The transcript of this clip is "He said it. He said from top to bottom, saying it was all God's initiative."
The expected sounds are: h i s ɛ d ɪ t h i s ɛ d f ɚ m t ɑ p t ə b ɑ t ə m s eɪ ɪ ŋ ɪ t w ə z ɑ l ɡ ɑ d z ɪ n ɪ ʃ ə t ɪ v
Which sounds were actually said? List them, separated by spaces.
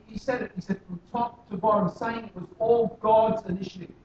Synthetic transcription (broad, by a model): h i s ɛ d ɪ t h i s ɛ d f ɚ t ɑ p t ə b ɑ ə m s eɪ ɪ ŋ ɪ t w ə z ɑ l ɡ ɑ d z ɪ n ɪ ʃ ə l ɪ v